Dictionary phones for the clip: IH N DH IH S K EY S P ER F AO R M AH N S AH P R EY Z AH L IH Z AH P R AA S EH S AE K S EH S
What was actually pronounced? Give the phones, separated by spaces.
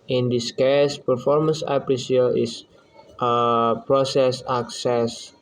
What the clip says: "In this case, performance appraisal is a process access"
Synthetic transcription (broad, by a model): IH N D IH S K EY S P ER F AO R M AH N S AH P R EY S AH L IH S AH P R AA S EH S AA K S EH S